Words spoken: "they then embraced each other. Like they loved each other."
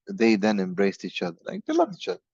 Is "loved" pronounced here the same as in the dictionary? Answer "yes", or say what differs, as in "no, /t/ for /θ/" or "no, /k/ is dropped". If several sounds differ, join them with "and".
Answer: no, /d/ is dropped